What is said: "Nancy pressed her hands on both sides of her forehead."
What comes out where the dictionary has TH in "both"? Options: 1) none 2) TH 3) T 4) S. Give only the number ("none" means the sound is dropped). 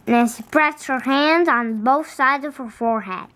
2